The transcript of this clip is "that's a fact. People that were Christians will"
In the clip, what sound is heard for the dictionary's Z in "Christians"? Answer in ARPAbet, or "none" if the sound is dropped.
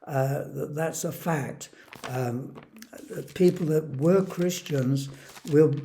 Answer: Z